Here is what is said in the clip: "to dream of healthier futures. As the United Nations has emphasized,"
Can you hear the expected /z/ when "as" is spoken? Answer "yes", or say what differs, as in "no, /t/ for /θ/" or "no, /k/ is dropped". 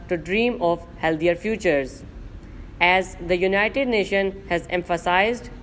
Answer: yes